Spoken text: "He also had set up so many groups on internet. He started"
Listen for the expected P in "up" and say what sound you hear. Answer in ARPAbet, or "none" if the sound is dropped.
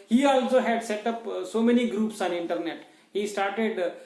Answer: P